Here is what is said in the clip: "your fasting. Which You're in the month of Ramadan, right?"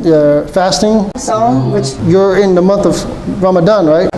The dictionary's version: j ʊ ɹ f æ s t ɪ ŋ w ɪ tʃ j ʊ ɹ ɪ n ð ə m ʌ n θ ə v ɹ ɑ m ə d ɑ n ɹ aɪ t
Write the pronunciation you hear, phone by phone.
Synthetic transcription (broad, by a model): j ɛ f æ s t ɪ ŋ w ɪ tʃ j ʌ ɹ ɪ n ð ə m ʌ n θ ə v ɹ ɑ m ə d ɑ n ɹ aɪ t